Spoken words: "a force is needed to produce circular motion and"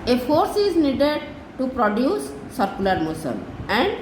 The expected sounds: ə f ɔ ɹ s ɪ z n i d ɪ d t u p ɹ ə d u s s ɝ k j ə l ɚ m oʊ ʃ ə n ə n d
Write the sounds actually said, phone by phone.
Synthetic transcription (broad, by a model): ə f ɔ ɹ s ɪ z n i d ɪ d t u p ɹ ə d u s s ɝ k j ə l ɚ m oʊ s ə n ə n d